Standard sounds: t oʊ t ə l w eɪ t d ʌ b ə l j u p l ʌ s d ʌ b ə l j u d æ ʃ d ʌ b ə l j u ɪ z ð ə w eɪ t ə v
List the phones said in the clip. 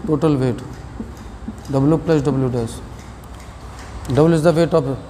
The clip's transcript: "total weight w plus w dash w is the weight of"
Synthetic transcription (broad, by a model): t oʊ t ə l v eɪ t d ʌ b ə l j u p l ʌ s d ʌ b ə l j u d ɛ s d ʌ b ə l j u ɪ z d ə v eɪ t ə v